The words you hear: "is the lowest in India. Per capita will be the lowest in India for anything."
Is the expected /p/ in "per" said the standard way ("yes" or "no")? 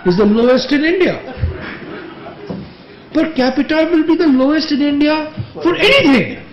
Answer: no